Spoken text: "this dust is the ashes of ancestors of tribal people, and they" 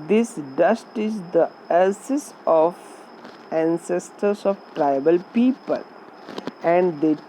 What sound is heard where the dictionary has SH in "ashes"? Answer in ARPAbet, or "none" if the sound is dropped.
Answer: S